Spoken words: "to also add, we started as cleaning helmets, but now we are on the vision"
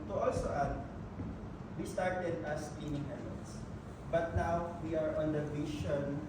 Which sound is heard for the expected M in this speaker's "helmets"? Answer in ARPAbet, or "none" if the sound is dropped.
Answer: none